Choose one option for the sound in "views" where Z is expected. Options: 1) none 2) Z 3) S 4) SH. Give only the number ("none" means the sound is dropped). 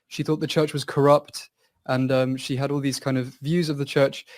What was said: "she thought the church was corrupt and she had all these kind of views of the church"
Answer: 2